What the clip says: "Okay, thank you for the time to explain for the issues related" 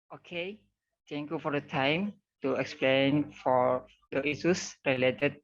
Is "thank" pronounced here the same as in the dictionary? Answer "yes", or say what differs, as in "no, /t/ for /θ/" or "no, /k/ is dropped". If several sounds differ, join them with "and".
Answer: no, /t/ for /θ/